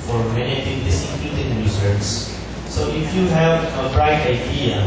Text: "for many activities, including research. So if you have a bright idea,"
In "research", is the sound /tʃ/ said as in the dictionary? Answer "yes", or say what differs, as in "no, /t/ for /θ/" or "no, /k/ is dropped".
no, /s/ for /tʃ/